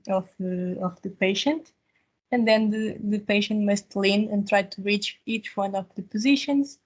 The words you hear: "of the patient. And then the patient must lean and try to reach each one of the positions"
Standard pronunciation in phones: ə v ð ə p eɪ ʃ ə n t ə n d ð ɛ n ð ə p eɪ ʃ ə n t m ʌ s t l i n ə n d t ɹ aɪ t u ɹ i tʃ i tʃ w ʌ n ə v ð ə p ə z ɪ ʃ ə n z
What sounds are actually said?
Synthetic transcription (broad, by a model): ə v ð ə p eɪ ʃ ə n t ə n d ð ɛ n ð ə p eɪ ʃ ə n t m ʌ s t l i n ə n t ɹ aɪ t u ɹ i tʃ i tʃ w ʌ n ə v ð ə p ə z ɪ ʃ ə n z